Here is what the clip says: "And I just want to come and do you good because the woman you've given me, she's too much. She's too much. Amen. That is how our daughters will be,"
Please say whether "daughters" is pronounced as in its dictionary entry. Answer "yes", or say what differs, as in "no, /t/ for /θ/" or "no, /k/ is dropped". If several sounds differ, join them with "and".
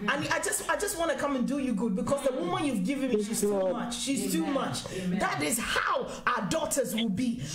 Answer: yes